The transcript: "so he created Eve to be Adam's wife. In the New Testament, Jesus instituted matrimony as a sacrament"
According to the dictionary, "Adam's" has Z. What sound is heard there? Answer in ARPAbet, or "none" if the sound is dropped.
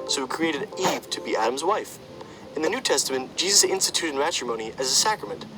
Z